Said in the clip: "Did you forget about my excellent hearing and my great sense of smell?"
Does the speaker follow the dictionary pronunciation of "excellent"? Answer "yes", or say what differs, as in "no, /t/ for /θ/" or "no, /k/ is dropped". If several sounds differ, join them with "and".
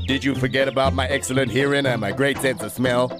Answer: yes